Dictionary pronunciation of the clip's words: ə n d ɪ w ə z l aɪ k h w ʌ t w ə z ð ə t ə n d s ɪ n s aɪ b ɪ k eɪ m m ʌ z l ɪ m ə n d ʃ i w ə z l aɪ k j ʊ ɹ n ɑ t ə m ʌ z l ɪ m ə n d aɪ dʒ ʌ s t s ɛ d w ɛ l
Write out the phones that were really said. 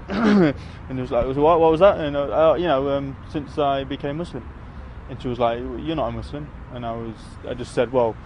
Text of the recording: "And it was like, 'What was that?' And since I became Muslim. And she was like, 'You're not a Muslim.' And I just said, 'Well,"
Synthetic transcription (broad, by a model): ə n ɪ w ə z l aɪ k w w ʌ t w ə z ð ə t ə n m s ɪ n s aɪ b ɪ k eɪ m m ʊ s l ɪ m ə n ʃ i w ə z l aɪ k j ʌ ɹ n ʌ t ə m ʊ s l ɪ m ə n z aɪ dʒ ʌ s t s ɛ d w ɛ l